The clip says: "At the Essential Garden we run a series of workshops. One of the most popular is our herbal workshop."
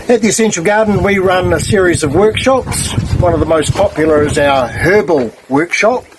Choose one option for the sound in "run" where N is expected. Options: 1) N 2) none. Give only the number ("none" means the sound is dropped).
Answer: 1